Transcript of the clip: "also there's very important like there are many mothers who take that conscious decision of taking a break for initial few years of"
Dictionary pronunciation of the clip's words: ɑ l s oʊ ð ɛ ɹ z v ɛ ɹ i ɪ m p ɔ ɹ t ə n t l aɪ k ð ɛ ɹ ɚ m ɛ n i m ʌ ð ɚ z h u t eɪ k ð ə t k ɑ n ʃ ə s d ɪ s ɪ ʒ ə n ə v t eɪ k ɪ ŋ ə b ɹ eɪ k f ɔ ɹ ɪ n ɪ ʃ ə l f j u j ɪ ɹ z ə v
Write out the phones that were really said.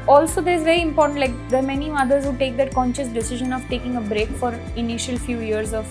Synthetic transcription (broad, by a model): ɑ l s oʊ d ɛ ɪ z v ɛ ɹ i ɪ m p ɔ ɹ t ə n t l aɪ k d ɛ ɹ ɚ m ɛ n i m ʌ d ɚ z h u t eɪ k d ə t k ɑ n ʃ ə s d ɪ s ɪ ʒ ə n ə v t eɪ k ɪ ŋ ə b ɹ eɪ k f ɔ ɹ ɪ n ɪ ʃ ə l f j u j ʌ ɹ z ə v